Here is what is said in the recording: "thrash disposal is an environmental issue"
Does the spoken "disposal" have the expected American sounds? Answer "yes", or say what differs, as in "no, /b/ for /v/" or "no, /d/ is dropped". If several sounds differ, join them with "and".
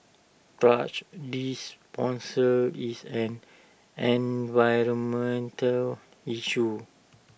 no, /s/ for /z/